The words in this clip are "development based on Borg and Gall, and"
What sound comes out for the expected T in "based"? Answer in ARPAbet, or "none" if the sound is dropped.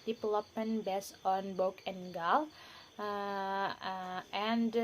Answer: none